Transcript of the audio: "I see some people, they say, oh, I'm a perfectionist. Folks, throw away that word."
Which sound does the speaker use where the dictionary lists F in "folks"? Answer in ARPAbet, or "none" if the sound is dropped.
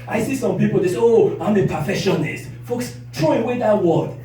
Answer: F